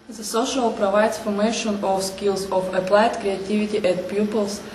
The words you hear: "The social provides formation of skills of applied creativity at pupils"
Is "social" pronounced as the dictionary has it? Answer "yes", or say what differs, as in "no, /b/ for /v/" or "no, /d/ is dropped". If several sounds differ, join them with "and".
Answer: yes